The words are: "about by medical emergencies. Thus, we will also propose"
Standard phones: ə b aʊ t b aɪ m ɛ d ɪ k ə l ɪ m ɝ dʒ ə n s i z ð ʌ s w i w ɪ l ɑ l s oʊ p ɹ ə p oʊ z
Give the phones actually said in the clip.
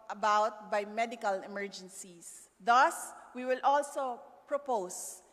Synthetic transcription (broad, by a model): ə b aʊ t b aɪ m ɛ d ɪ k ə l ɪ m ɝ dʒ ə n s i s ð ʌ s w i w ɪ l ɑ l s oʊ p ɹ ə p oʊ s